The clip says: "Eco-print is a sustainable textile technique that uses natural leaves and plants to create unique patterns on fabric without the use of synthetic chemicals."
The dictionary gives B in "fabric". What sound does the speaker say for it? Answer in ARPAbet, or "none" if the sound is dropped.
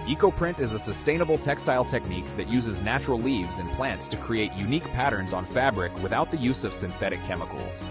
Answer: B